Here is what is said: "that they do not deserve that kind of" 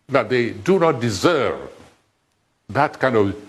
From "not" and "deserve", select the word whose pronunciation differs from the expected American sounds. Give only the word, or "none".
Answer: none